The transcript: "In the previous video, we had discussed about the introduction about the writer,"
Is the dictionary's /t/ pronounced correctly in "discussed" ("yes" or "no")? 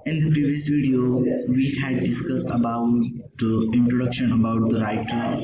yes